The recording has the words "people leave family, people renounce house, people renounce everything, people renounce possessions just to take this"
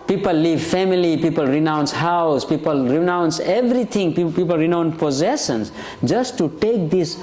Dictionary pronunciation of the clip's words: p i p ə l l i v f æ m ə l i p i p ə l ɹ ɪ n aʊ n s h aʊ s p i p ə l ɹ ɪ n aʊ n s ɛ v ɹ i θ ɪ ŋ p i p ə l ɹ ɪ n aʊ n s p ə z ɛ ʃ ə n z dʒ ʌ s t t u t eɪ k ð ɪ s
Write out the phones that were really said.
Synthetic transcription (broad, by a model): p i p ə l l i v f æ m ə l i p i p ə l ɹ ɪ n aʊ n s h aʊ s p i p ə l ɹ ɪ n aʊ n s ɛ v ɹ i t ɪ ŋ p i p ə l ɹ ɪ n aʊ n p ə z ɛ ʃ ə n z dʒ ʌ s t t u t eɪ k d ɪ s